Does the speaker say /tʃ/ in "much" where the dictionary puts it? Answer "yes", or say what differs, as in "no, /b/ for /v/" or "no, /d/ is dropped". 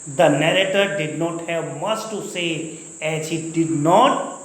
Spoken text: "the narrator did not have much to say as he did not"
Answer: no, /s/ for /tʃ/